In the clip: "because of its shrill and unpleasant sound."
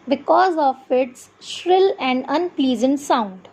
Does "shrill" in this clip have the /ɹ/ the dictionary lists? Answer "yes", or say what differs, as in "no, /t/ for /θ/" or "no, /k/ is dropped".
yes